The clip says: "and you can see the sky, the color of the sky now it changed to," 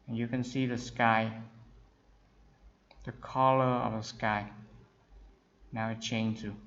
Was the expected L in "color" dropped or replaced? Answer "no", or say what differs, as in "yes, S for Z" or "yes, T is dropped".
no